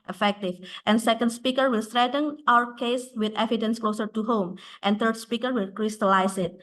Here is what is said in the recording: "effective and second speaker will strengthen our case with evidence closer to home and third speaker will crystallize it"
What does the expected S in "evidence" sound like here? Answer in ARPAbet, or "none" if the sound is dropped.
S